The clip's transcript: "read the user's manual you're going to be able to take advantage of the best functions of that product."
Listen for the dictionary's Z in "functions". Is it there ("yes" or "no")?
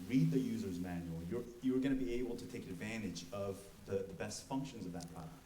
yes